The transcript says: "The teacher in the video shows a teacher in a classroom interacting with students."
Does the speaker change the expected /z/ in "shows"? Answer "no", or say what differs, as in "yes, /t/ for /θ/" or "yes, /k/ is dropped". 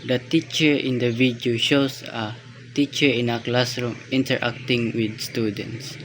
yes, /s/ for /z/